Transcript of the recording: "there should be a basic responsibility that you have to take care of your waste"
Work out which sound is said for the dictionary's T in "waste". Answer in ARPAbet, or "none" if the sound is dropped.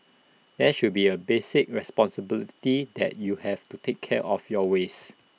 none